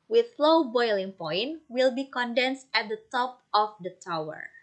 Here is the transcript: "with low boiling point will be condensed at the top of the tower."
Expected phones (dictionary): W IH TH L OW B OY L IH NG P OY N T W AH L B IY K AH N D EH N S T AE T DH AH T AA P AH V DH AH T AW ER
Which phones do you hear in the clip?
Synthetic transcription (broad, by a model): W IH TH L OW B OY L IH NG P OY N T W AH L B IY K AH N D EH N S T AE T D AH T AA P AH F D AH T AW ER